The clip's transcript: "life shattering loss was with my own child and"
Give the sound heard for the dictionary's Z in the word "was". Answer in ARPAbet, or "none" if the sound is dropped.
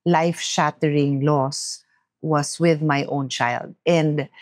S